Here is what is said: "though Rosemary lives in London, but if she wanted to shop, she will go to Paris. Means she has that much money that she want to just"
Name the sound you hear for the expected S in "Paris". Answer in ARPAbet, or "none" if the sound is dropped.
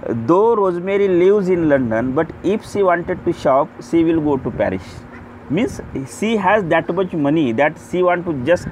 SH